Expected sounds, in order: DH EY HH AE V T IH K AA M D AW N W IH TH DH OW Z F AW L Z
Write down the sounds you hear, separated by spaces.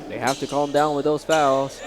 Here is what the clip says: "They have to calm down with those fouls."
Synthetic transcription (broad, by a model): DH EY HH AE F T IH K AA M D AW N W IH DH OW Z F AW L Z